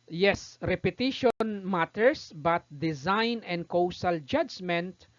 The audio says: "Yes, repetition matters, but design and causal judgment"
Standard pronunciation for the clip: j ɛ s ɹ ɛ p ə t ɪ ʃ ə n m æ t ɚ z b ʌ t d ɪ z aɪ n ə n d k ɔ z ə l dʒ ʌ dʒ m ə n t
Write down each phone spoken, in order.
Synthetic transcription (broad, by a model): j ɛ s ɹ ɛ p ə t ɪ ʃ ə n m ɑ t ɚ s b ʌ t d ɪ z aɪ n ə n d k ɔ s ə l dʒ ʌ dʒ m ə n t